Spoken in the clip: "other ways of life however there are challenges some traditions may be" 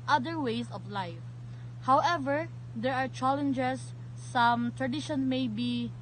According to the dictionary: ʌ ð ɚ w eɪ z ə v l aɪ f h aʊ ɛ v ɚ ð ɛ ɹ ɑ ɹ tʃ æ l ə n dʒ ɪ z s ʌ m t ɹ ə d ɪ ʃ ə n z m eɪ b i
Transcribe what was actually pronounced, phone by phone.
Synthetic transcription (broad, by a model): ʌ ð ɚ w eɪ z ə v l aɪ f h aʊ ɛ v ɚ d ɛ ɹ ɑ ɹ tʃ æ l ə n dʒ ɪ s ʌ m t ɹ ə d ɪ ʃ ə n m eɪ b i